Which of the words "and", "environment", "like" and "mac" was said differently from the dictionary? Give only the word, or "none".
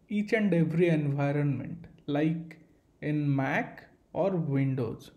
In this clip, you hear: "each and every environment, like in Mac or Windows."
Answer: none